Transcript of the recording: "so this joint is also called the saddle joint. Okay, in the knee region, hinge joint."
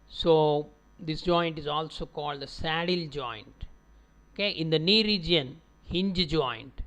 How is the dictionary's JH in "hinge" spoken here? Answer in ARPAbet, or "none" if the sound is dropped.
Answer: JH